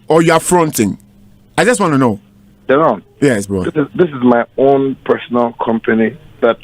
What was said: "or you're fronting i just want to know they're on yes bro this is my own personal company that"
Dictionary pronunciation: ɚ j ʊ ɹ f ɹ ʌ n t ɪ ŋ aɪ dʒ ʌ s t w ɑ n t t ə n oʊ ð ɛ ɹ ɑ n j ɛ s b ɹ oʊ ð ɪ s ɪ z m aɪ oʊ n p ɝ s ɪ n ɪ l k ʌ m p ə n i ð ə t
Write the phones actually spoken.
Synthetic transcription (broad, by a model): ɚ j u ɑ f ɹ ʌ n t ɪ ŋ aɪ dʒ ʌ s t w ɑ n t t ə n oʊ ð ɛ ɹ ɑ n j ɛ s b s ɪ ð ɪ s ɪ z m aɪ oʊ n p ɝ s ɪ n ɪ l k ʌ m p ə n i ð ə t